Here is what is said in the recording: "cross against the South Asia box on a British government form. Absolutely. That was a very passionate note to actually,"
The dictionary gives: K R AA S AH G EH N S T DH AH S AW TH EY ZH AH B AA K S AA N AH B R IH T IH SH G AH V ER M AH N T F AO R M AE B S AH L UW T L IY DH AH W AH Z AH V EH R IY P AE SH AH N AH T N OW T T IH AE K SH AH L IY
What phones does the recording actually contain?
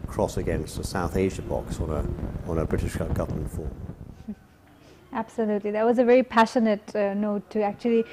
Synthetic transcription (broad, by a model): K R AA S AH G EH N S T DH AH S AW TH EY ZH AH B AA K S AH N AH B R IH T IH SH G AH V ER M AH N T F AO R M AE B S AH L UW T L IY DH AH W AH Z AH V EH R IY P AE SH AH N AH T N OW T T IH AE K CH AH L IY